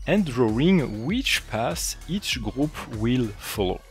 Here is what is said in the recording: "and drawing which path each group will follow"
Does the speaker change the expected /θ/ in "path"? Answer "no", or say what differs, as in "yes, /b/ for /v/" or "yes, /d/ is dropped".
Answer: yes, /s/ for /θ/